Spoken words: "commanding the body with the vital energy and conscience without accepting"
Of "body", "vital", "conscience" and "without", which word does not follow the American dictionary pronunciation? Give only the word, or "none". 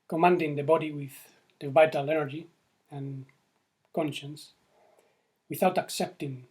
none